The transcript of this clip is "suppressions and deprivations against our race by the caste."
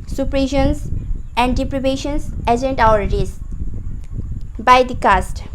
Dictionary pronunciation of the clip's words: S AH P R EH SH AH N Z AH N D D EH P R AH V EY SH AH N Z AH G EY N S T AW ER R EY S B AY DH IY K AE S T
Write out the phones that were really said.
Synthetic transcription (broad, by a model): S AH P R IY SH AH N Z AH N D D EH P R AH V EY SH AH N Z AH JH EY N T AW ER R EY S B AY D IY K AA S T